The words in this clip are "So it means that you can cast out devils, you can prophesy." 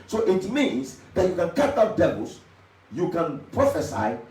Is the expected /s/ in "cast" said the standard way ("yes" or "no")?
no